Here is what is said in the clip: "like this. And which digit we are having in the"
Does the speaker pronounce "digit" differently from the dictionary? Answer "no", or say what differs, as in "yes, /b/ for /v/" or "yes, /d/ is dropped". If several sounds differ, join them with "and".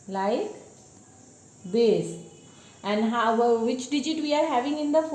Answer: no